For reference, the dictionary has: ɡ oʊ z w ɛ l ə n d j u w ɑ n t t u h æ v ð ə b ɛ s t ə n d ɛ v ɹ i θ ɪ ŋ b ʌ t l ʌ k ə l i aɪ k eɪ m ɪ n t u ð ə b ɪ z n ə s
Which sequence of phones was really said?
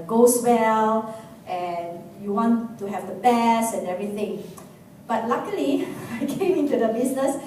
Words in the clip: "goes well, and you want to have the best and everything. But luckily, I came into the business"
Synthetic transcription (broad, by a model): ɡ oʊ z w ɛ l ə n j u w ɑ n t t u h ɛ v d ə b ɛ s ə n ɛ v ɹ i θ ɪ ŋ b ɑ t l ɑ k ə l i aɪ k eɪ m ɪ n t u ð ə b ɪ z n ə s